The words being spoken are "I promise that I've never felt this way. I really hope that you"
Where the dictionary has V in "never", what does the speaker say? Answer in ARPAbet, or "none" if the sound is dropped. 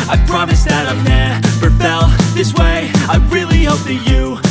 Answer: P